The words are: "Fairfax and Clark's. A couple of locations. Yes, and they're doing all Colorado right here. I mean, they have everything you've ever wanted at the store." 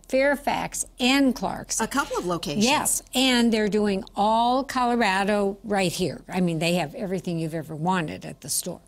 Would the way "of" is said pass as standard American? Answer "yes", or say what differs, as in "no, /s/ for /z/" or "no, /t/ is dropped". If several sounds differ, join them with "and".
yes